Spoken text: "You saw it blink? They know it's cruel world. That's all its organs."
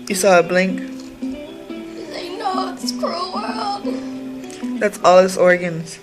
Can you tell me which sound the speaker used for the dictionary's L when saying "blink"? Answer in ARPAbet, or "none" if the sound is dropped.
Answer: L